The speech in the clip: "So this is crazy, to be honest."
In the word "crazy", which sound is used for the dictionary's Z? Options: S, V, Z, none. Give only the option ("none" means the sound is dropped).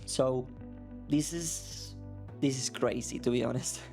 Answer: S